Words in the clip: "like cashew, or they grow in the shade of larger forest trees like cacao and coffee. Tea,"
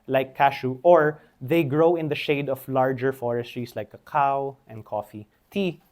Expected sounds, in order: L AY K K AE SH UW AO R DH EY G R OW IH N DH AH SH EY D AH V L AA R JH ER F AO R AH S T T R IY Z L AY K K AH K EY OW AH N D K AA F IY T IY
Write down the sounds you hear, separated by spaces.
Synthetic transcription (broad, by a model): L AY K K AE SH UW AO R DH EY G R OW IH N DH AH SH EY D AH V L AA R JH ER F AO R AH S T T R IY S L AY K K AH K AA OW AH N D K AA F IY T IY